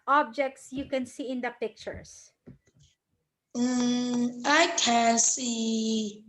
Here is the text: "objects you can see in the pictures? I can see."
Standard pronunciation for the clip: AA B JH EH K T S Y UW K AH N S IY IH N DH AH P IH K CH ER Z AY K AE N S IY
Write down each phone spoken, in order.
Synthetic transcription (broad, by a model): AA B JH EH K T S Y UW K AH N S IY IH N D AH P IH K CH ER S AY K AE N S IY